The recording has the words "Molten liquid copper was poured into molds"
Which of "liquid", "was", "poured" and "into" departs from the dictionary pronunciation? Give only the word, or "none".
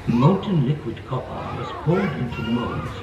poured